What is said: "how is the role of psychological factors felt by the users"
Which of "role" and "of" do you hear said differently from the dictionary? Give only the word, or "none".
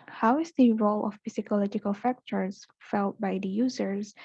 of